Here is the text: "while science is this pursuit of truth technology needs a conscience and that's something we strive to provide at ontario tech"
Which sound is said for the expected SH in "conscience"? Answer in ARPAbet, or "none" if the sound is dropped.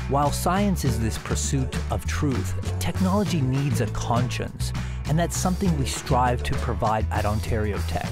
SH